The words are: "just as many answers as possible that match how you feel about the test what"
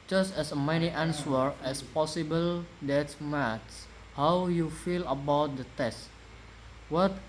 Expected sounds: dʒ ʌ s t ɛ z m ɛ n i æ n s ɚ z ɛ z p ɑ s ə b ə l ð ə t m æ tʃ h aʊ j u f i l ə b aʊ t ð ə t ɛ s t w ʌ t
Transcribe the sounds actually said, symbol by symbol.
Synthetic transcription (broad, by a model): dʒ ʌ s t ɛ s m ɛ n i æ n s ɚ ɛ s p ɑ s ə b ə l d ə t m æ s h aʊ j u f i l ə b aʊ t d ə t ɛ s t w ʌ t